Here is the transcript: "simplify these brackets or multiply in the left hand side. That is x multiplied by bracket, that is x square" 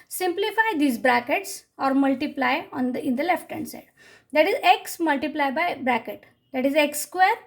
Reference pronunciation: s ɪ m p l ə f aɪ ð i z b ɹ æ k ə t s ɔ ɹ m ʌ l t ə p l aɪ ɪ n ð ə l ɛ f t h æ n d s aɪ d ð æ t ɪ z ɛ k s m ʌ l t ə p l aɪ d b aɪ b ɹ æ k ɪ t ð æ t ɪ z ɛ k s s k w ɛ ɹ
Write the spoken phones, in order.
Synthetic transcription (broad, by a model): s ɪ m p l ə f aɪ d i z b ɹ æ k ə t s ɔ ɹ m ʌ l t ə p l aɪ ɪ n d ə l ɛ f t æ n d s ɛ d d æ t ɪ z ɛ k s m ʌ l t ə p l aɪ b aɪ b ɹ æ k ɪ t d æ t ɪ z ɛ k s s k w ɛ ɹ